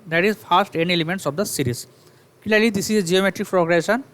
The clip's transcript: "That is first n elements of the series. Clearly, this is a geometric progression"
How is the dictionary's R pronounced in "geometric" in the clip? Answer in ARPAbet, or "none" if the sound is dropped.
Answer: R